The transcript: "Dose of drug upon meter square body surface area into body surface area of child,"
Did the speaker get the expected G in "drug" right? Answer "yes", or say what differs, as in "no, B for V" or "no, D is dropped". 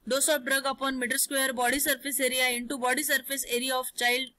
yes